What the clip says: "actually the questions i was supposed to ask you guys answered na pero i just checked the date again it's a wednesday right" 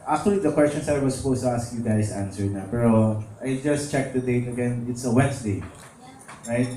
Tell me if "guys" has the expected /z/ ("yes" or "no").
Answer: no